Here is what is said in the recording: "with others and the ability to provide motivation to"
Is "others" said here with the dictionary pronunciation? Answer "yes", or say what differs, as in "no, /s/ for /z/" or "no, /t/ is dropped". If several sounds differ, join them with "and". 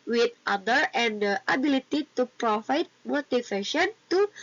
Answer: no, /z/ is dropped